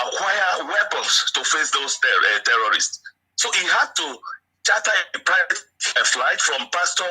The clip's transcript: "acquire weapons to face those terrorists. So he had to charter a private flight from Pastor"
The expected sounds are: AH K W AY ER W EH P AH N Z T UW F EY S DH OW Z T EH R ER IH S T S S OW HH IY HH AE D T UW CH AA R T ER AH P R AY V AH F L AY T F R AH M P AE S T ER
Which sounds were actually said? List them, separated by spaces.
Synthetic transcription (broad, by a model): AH K W AY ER W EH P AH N S T UW F EY S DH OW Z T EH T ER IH S T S S OW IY HH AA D T UW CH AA T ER AH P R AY AH F L AY T F R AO M P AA S T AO